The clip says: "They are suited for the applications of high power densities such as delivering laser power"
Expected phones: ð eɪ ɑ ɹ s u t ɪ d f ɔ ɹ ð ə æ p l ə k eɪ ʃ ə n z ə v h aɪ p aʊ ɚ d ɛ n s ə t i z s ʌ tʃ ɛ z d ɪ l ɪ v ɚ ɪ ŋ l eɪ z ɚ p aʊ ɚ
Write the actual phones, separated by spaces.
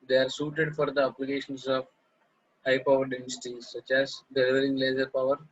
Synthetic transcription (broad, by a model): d eɪ ɑ ɹ s u t ɪ d f ɔ ɹ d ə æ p l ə k eɪ ʃ ə n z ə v h aɪ p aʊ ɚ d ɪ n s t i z s ʌ tʃ ɛ z d ɪ l ɪ v ɚ ɪ ŋ l eɪ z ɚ p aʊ ɚ